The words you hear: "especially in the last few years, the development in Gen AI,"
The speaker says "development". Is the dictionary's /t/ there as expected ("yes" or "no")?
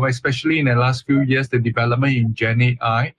no